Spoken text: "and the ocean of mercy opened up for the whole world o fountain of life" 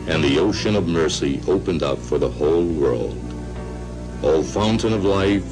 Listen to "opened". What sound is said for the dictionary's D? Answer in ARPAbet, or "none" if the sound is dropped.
D